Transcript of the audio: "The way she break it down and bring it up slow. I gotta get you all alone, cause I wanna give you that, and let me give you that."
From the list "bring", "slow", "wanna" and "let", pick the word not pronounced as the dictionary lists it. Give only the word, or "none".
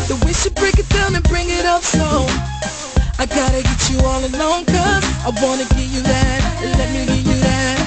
slow